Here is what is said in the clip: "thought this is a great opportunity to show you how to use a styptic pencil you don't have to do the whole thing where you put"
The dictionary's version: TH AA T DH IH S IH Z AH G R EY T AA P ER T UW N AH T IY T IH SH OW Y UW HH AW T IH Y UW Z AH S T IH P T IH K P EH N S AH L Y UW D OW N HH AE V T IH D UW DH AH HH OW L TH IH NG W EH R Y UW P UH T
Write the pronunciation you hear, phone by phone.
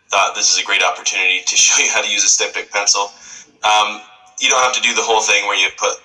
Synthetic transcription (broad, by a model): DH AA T DH IH S IH Z AH G R EY T AA P ER T UW N AH T IY T IH SH OW Y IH HH AW T IH Y UW Z AH S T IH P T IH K P EH N S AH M Y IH D OW N HH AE F T IH D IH DH AH HH OW L TH IH NG W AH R Y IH P UH T